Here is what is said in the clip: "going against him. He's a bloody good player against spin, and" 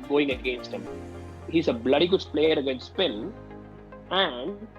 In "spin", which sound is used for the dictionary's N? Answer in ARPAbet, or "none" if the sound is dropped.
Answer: L